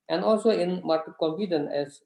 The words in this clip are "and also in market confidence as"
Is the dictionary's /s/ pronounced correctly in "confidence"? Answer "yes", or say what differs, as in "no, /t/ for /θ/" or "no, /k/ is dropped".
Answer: no, /s/ is dropped